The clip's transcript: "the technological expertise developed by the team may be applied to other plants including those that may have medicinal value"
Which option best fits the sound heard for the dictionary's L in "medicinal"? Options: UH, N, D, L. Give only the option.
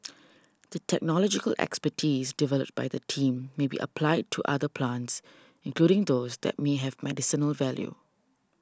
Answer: L